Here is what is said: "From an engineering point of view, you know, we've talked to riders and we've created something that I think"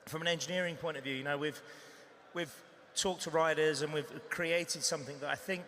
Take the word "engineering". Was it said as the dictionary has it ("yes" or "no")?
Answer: yes